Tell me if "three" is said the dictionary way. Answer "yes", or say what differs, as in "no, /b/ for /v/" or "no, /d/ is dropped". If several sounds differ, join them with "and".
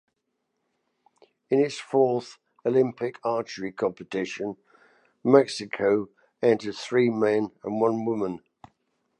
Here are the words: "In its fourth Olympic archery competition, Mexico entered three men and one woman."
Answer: yes